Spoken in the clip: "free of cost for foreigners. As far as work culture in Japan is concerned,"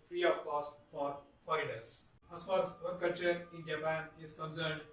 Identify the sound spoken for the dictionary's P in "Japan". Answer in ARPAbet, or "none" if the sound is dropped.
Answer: P